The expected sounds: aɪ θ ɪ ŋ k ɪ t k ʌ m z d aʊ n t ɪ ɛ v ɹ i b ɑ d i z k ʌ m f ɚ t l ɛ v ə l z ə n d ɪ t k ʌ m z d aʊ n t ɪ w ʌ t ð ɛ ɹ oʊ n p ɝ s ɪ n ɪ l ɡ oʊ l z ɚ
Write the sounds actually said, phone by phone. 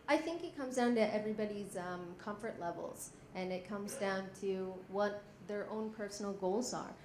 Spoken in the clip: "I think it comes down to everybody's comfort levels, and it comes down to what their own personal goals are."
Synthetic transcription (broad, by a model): aɪ θ ɪ ŋ k ɪ t k ʌ m z d aʊ n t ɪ ɛ v ɹ i b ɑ d i z k ʌ m f ɚ t l ɛ v l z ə n ɪ t k ʌ m z d aʊ n t ɪ w ʌ t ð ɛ ɹ oʊ n p ɝ s n l ɡ oʊ l z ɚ